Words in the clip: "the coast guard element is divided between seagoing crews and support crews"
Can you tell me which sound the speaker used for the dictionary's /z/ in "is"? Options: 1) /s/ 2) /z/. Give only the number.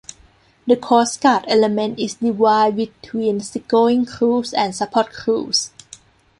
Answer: 1